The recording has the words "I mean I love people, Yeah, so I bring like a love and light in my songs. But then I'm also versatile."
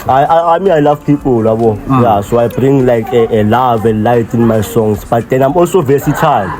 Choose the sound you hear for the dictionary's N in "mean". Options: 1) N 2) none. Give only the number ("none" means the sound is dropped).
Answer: 2